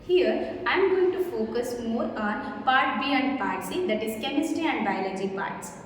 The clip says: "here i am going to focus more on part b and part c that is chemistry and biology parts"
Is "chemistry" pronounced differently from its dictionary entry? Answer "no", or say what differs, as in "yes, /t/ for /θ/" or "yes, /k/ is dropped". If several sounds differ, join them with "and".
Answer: yes, /ɹ/ is dropped